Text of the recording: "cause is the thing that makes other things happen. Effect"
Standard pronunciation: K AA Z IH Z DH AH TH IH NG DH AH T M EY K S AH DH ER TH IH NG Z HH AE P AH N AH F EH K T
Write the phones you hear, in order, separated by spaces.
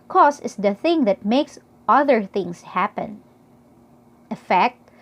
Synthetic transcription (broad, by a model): K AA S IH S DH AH TH IH NG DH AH T M EY K S AH DH ER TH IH NG S HH AE P AH N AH F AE K T